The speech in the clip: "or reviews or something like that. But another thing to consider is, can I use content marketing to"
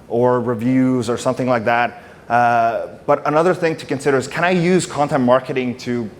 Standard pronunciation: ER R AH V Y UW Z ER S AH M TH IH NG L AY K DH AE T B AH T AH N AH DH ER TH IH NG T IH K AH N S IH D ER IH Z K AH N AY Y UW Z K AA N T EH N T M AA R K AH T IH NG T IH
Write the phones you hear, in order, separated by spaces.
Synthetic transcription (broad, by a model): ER R AH V Y UW Z ER S AH M TH IH NG L AY K DH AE T B AH T AH N AH DH ER TH IH NG T IH K AH N S IH D ER IH Z K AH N AY Y UW Z K AA N T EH N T M AA R K AH T IH NG T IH